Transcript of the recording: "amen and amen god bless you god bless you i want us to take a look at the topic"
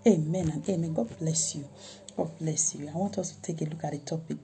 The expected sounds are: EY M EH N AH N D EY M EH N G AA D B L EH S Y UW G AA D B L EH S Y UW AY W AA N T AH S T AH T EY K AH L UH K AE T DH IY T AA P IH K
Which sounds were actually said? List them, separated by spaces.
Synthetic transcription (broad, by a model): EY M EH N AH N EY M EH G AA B L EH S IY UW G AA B L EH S Y UW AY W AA T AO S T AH T EY K AH L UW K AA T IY T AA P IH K